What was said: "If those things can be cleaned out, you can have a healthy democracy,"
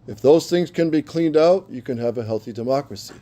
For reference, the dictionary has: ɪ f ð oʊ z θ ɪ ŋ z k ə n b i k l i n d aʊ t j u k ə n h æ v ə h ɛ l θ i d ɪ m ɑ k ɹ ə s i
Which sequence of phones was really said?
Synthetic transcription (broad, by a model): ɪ f ð oʊ z θ ɪ ŋ z k ə n b i k l i n d aʊ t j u k ə n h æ v ə h ɛ l θ i d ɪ m ɑ k ɹ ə s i